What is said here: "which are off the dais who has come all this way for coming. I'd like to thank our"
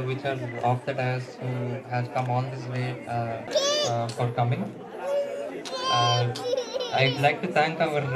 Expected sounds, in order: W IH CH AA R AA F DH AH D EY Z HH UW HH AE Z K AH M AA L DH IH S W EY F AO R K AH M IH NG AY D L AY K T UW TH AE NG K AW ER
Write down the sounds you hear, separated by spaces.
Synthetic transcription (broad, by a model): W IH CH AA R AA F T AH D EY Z HH UW HH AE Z K AH M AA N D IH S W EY F AO R K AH M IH NG AY D L AY K T UW T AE NG K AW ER